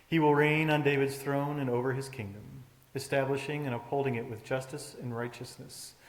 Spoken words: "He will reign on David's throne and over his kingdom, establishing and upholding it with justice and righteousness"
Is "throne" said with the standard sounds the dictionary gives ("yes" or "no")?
yes